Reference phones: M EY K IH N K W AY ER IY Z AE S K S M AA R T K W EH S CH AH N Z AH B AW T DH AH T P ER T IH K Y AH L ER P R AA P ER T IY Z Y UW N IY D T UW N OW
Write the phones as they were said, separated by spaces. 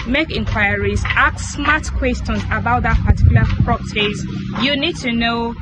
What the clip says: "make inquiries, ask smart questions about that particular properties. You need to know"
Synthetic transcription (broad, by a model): M EY K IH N K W AY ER IY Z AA K S M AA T K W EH S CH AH N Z AH B AW T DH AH T P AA T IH K Y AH L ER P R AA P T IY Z Y UW N IY D T UW N OW